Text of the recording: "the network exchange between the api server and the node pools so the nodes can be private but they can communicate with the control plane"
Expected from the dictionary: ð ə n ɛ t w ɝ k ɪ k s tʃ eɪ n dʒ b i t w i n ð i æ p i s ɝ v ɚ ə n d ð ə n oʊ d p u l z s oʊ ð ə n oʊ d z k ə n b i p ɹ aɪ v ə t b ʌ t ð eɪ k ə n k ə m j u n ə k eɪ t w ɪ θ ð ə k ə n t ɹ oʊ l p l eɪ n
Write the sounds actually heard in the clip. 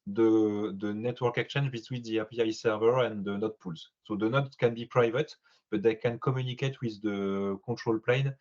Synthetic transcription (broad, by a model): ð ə n ɛ t w ɝ k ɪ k tʃ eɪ n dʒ b i t w i n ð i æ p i s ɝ v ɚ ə n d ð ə n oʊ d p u l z s oʊ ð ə n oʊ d k ə n b i p ɹ aɪ v ə t b ʌ t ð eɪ k ə n k ə m j u n ə k eɪ t w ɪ ð ə k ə t ɹ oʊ l p l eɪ n